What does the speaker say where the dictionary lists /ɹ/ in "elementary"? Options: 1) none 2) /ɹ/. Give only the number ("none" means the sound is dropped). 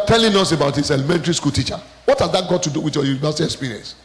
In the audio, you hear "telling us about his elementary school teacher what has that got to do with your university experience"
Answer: 2